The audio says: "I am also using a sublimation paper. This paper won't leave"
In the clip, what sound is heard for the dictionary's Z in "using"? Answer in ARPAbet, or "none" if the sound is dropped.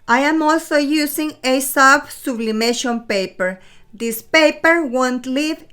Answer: S